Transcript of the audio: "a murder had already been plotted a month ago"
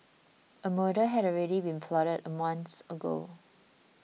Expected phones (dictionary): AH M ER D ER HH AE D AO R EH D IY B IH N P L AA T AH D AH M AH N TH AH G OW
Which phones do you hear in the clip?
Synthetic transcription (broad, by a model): AH M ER D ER HH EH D AO R EH D IY B IH N F L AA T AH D AH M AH N S AH G OW